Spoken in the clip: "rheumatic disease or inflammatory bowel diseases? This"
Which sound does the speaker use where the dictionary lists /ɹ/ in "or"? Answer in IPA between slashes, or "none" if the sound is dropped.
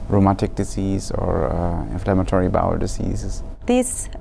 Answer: /ɹ/